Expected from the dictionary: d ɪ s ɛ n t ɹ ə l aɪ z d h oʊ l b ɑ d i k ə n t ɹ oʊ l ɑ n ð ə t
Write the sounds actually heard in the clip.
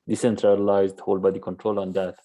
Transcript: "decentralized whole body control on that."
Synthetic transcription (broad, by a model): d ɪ s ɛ n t ɹ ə l aɪ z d h oʊ l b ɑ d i k ə n t ɹ oʊ l ɑ n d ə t